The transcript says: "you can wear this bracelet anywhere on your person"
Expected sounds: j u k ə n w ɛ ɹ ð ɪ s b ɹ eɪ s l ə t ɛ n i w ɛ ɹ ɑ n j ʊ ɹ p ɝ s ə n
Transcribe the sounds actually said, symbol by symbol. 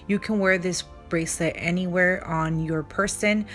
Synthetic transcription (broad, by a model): j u k ə n w ɛ ɹ ð ɪ s b ɹ eɪ s l ə t ɛ n i w ɛ ɹ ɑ n j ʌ ɹ p ɝ s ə n